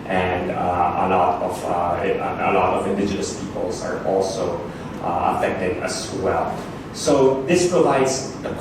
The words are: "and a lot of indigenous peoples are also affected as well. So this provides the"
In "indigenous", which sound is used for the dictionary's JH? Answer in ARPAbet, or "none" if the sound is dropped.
JH